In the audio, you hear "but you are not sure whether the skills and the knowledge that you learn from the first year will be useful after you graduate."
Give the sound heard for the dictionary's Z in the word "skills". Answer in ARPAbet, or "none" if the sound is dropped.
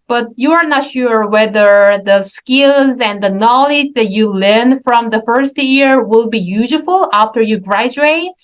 Z